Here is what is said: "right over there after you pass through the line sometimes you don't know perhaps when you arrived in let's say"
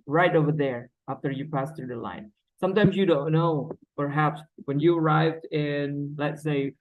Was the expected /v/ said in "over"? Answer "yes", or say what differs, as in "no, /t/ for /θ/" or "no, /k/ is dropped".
yes